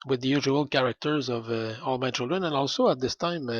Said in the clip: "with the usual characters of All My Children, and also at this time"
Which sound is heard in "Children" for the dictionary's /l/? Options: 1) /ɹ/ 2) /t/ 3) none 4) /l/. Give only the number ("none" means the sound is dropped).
4